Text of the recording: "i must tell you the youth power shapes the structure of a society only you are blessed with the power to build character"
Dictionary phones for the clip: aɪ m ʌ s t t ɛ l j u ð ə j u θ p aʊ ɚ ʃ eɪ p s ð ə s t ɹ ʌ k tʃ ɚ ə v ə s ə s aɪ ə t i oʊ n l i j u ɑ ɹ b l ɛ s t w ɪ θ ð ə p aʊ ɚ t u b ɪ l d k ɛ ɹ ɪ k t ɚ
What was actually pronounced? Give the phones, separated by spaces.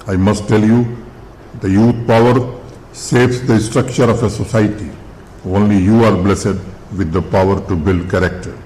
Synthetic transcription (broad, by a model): aɪ m ʌ s t t ɛ l j u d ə j u t p aʊ ɚ s eɪ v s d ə s t ɹ ʌ k tʃ ɚ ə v ə s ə s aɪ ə t i oʊ n l i j u ɑ ɹ b l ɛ s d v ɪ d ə p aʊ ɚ t u b ɪ l d k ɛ ɹ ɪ k t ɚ